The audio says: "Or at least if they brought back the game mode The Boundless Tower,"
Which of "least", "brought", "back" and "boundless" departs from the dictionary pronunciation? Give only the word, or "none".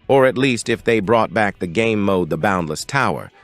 none